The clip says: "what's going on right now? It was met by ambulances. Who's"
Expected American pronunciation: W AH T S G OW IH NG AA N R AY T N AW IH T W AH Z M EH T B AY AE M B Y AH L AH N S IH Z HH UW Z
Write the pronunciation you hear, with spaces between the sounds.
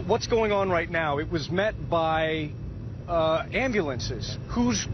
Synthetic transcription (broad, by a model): W AH T S G OW IH NG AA N R AY T N AW IH T W AH Z M EH T B AY AE M B Y AH L AH N S IH Z HH UW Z